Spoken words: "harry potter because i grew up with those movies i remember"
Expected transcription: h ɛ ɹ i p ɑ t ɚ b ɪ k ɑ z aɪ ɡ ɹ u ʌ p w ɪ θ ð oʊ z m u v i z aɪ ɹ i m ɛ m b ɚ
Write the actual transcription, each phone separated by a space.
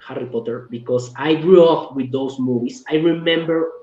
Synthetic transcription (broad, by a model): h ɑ ɹ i p ɑ t ɚ b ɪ k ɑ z aɪ ɡ ɹ u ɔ f w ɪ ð oʊ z m u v i s aɪ ɹ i m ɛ m b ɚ